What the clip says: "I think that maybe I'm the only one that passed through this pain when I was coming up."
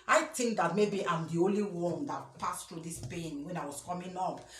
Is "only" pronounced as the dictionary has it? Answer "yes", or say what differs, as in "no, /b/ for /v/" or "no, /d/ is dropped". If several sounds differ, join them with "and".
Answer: yes